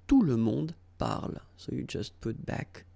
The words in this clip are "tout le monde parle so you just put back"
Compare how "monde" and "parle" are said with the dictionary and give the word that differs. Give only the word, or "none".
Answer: monde